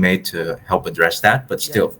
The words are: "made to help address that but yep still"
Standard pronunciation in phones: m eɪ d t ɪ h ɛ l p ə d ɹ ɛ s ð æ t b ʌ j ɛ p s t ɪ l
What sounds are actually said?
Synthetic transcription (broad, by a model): m eɪ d t ɪ h ɛ l p ə d ɹ ɛ s ð æ t b ʌ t s t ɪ l